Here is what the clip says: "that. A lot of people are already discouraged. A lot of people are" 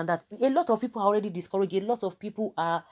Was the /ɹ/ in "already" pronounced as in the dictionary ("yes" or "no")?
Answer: yes